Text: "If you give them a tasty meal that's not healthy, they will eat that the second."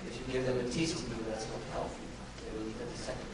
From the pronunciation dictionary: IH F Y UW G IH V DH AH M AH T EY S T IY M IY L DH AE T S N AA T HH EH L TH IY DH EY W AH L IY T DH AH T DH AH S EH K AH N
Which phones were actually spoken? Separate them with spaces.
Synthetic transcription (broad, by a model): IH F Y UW G IH V DH AH M AH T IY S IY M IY DH AE T S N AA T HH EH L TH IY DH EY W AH N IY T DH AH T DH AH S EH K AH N